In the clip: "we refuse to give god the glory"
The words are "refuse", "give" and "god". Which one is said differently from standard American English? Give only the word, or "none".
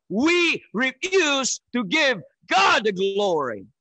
none